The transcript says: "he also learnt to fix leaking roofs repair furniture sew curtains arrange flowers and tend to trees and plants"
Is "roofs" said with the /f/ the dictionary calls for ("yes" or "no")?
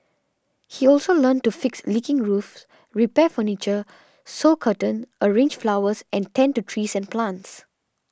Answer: yes